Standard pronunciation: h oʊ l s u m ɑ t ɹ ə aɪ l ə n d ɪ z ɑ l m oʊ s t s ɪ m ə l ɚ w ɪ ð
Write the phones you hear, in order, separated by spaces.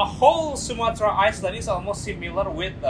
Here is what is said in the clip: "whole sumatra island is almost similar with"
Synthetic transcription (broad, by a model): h oʊ l s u m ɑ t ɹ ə aɪ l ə d ɪ z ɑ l m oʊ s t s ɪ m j l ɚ w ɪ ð